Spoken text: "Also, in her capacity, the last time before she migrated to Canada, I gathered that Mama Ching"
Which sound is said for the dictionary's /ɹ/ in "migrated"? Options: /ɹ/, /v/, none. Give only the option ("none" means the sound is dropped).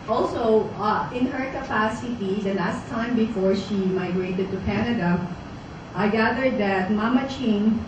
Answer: /ɹ/